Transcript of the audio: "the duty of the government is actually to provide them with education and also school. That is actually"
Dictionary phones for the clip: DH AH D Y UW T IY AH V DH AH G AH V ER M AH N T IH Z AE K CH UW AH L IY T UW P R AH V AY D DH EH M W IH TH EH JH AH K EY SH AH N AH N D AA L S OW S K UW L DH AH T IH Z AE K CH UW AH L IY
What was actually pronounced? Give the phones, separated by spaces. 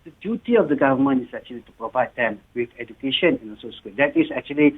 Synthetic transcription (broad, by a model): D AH D Y UW T IY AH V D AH G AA V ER M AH N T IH S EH K CH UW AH L IY T UW P R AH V AY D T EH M W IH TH EH JH AH K EY SH AH N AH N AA N S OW S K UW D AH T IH S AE K CH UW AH L IY